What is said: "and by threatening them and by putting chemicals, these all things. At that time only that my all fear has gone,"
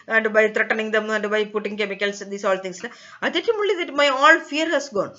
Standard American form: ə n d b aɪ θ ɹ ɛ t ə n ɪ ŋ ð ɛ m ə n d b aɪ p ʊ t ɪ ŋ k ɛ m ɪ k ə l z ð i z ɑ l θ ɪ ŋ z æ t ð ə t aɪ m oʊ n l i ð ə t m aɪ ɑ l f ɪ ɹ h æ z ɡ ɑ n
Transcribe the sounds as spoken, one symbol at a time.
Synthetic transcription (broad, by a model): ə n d b aɪ t ɹ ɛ t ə n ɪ ŋ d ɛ m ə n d b aɪ p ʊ t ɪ ŋ k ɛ m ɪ k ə l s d i s ɑ l t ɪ ŋ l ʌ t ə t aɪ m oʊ l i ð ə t m aɪ ɑ l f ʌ ɹ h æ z ɡ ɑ n